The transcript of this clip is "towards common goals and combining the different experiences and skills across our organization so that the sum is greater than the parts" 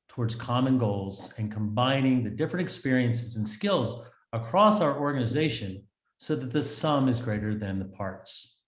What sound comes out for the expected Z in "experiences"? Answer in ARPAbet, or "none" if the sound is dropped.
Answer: Z